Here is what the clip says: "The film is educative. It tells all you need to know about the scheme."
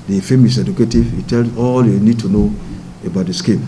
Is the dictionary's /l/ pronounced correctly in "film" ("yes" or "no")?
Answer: no